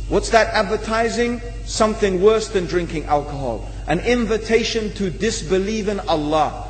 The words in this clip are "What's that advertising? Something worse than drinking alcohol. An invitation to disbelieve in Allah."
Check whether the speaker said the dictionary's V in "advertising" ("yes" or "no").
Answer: yes